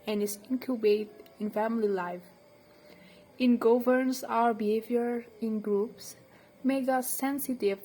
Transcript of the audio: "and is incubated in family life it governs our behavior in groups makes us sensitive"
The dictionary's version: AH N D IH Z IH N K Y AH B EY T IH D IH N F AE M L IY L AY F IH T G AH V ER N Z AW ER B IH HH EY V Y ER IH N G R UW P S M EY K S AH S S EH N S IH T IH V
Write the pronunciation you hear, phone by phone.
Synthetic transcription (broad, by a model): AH N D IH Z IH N K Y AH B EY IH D IH N F AE M L IY L AY F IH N G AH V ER N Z AW ER B IH HH EY V Y ER IH N G R UW P S M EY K AH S S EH N S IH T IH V